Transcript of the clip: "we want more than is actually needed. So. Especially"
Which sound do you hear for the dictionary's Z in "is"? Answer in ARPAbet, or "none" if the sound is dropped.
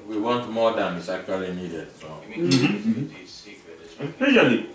S